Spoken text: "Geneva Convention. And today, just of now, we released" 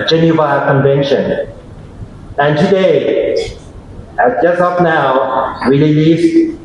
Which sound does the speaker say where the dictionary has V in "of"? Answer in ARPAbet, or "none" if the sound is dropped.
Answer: P